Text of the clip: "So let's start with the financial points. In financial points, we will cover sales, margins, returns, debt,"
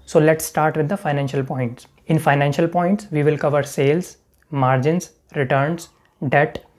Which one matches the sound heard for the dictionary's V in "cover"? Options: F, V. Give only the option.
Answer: V